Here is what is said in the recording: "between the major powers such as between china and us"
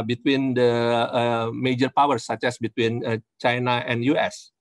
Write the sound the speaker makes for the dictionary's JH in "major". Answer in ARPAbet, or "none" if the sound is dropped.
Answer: JH